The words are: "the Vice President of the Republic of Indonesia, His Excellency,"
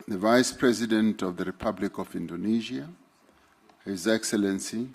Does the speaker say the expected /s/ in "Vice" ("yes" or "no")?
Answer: yes